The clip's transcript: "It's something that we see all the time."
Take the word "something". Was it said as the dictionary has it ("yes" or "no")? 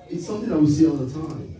yes